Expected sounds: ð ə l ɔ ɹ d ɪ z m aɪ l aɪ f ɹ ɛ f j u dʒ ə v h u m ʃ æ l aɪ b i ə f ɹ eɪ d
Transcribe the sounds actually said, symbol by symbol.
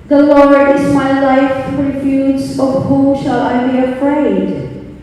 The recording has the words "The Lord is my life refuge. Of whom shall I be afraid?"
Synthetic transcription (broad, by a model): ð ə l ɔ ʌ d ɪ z m aɪ l aɪ f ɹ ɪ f j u z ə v h u ʃ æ l aɪ b i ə f ɹ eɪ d